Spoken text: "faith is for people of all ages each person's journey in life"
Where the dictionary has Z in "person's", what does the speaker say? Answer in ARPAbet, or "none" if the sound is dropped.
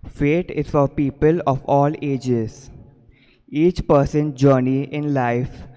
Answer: none